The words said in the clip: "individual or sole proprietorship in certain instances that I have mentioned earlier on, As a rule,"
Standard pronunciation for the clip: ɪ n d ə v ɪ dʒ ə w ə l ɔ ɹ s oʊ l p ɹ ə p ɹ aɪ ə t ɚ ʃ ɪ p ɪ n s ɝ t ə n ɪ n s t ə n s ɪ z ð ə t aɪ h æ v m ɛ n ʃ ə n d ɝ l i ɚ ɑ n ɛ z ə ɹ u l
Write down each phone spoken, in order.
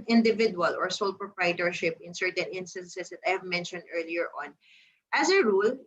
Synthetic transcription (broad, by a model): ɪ n d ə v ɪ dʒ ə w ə l ɔ ɹ s oʊ l p ɹ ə p ɹ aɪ t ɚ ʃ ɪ p ɪ n s ɝ t ə n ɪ n s t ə n s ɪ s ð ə t aɪ h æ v m ɛ n ʃ ə n d ɝ l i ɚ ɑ n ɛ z ə ɹ u l